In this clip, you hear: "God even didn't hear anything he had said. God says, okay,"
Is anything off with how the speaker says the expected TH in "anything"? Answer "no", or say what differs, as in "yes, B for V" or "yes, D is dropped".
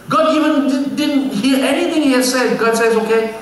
yes, T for TH